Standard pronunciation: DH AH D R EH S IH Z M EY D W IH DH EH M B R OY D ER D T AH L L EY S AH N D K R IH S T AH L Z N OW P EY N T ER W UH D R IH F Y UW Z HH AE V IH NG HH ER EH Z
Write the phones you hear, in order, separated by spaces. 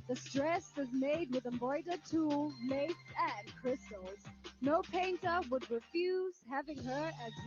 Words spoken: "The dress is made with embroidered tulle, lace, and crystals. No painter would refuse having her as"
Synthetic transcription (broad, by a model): DH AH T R EH S IH Z M EY D W IH DH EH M B OY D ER T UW L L EY S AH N K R IH S T L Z N OW P EY N T ER W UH D R IH F Y UW Z HH AE V IH NG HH ER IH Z